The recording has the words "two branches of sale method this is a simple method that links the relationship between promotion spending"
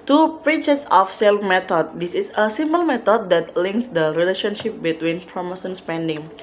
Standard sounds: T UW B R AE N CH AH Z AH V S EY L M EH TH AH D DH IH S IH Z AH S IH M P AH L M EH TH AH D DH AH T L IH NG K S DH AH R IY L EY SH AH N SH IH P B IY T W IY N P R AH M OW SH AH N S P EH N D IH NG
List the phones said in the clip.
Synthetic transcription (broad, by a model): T UW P R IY CH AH S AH F S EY L M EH T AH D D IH S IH S AH S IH M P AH L M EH T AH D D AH T L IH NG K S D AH R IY L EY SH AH N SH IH P B IY T W IY N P R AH M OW S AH N S P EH N D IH NG